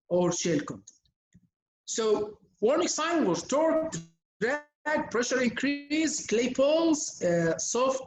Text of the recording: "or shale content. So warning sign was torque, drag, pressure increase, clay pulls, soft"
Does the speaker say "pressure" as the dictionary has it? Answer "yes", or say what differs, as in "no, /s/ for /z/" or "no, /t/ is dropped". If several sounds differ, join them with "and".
yes